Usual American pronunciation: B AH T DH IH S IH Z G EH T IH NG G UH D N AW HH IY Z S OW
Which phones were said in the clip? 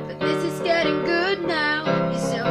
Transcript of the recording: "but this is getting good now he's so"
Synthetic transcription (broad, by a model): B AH T DH IH S IH Z G EH T IH NG G UH D N AW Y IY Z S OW